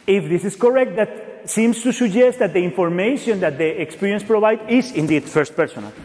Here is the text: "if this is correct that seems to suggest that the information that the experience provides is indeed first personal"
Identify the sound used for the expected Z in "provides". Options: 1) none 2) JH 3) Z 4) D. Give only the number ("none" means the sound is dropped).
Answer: 1